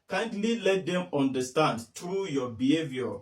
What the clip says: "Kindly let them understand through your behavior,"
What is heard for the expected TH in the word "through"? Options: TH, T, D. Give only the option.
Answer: T